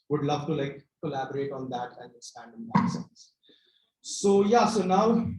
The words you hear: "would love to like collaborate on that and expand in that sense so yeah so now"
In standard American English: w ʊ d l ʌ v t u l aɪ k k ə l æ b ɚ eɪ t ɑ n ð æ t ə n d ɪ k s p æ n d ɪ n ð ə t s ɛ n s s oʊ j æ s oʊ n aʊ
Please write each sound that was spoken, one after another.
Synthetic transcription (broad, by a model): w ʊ d l ʌ v t u l aɪ k k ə l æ b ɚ eɪ t ɑ n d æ t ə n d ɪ s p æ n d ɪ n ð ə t s ɛ n s s oʊ j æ s oʊ n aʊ